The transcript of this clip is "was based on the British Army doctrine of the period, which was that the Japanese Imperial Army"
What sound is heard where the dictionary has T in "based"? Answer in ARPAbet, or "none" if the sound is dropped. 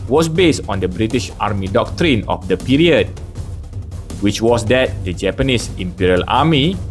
T